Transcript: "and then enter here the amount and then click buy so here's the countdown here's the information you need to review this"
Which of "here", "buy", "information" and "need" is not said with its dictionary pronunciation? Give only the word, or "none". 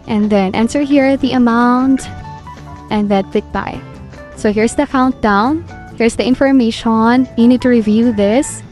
none